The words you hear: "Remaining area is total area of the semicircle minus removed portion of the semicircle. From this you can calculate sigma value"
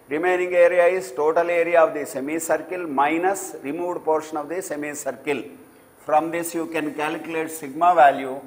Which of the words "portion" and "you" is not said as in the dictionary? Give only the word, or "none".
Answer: none